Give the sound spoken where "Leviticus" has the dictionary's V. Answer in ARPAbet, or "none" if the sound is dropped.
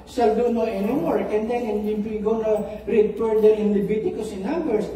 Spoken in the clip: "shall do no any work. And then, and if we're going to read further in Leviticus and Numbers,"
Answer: B